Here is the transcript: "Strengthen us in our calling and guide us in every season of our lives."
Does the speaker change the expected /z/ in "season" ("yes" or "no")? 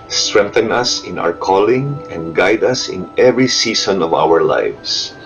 yes